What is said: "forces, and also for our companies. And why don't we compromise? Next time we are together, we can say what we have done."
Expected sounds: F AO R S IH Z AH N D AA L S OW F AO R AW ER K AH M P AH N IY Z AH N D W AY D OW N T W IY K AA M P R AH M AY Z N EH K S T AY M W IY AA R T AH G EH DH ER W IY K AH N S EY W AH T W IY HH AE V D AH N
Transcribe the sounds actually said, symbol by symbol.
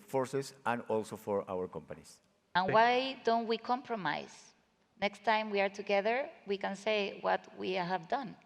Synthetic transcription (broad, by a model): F AO R S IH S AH N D AA L S OW F AO R AW ER K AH M P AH N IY S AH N W AY D OW N T W IY K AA M P R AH M AY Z N EH K S T AY M W IY AA R T AH G EH DH ER W IY K AH N S EY W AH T W IY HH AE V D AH N